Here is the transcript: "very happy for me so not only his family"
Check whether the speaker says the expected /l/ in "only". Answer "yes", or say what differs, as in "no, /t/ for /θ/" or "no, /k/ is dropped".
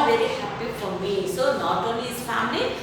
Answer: no, /l/ is dropped